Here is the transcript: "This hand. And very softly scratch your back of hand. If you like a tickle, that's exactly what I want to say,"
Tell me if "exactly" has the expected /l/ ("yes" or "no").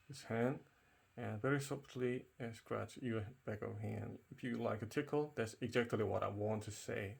yes